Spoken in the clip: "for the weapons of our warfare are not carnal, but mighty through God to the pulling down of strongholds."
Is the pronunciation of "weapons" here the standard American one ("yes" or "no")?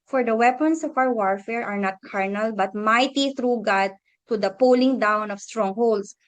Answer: no